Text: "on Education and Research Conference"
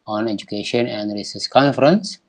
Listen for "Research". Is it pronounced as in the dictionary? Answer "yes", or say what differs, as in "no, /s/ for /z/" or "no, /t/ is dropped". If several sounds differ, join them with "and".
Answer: no, /s/ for /tʃ/